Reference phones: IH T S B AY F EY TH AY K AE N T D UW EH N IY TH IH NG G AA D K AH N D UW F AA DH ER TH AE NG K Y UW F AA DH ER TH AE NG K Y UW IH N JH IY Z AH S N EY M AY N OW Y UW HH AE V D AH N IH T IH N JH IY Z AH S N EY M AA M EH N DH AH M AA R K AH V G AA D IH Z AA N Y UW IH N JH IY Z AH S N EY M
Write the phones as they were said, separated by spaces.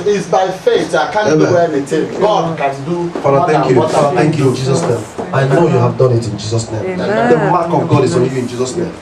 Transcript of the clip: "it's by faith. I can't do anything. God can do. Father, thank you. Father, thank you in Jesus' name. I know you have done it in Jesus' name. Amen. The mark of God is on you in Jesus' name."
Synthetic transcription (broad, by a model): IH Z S B AY F EY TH AY K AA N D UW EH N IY T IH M G AA D K AH N D UW F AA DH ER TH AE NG K Y UW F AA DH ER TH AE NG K Y UW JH IY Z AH S N EY M AY N OW Y UW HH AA V D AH N IH T IH N JH IY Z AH S N EY M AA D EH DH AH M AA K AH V G AA D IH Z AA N Y UW IH N JH IY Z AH S N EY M